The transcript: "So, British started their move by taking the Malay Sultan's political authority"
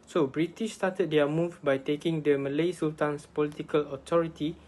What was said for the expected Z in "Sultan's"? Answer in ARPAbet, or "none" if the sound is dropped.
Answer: S